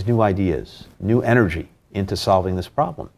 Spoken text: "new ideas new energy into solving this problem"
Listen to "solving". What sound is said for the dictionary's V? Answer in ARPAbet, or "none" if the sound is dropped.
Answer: V